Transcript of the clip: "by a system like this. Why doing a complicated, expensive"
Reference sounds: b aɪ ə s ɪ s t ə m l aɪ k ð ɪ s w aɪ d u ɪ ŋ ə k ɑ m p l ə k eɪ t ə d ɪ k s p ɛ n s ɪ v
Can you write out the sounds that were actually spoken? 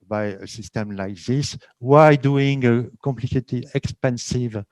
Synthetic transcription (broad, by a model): b aɪ ə s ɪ s t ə m l aɪ k ð ɪ s w aɪ d u ɪ ŋ ə k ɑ m p l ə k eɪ t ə ɪ k s p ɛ n s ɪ v